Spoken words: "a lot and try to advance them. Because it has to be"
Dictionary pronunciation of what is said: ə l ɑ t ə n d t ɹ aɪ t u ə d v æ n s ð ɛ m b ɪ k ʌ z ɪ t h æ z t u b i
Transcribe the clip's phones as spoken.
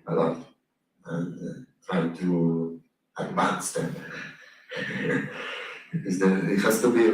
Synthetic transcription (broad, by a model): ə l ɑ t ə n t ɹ aɪ t u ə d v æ n s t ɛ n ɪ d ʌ ɪ t h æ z t u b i